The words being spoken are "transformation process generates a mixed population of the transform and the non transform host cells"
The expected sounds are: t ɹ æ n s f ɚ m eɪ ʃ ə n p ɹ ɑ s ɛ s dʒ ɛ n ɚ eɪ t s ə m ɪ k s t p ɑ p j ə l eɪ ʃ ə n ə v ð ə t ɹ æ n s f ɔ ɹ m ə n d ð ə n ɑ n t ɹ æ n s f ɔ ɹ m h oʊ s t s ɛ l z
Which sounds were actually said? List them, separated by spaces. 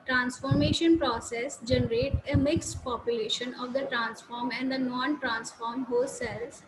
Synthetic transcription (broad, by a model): t ɹ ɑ n s f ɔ m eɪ ʃ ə n p ɹ ɑ s ɛ s dʒ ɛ n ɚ eɪ t ə m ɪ k s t p ɑ p j ə l eɪ ʃ ə n ə v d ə t ɹ æ n s f ɔ ɹ m ə n d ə n ɑ n t ɹ æ n s f ɔ ɹ m h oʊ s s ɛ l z